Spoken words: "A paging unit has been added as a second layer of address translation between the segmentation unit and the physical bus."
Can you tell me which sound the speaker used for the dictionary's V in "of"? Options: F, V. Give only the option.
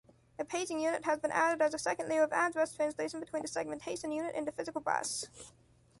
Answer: V